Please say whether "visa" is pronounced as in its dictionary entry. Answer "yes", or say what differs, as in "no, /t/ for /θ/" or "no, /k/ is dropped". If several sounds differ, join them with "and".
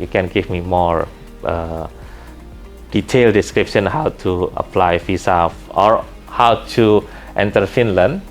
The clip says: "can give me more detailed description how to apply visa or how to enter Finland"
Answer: no, /f/ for /v/ and /s/ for /z/